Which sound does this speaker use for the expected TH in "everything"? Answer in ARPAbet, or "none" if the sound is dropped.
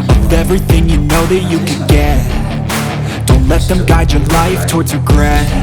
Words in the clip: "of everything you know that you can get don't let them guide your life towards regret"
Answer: TH